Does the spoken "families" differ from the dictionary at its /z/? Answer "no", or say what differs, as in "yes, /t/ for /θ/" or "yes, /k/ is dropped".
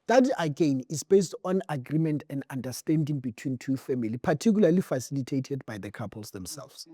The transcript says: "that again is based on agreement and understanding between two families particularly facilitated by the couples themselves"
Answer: yes, /z/ is dropped